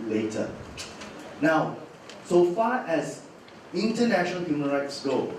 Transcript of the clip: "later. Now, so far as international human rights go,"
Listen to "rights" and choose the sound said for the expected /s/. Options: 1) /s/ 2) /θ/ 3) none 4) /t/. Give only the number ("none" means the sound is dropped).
1